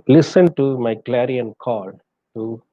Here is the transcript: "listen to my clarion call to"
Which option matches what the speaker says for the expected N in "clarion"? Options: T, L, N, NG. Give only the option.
N